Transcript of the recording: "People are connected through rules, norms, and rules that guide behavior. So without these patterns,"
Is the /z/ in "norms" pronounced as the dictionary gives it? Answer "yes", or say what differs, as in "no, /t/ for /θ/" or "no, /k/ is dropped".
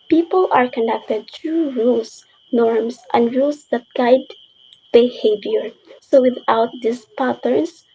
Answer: no, /s/ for /z/